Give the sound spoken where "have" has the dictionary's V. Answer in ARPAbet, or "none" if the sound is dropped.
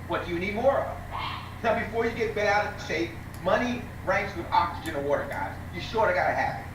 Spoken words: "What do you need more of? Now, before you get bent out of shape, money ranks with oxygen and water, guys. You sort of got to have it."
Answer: P